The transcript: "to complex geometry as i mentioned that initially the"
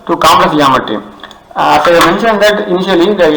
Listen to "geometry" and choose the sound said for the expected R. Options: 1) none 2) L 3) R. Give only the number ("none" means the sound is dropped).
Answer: 1